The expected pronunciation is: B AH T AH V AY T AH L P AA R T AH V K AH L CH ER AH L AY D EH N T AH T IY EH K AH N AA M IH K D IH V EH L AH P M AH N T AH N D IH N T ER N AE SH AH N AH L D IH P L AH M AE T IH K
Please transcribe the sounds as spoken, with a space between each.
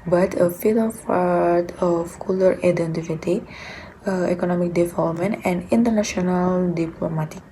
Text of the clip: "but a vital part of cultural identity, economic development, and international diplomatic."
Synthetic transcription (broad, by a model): B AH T AH F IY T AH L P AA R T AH F K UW L ER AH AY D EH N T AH T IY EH K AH N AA M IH K D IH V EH L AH P M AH N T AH N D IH N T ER N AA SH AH N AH L D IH P L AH M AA T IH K